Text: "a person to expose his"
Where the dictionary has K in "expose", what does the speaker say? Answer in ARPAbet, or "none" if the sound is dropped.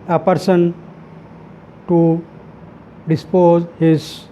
none